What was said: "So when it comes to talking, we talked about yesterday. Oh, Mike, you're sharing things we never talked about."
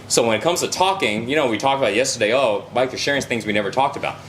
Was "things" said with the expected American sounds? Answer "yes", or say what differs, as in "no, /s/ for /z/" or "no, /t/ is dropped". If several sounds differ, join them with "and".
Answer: yes